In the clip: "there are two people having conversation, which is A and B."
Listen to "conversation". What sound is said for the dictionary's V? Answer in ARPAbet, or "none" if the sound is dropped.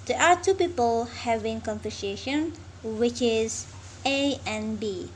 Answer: F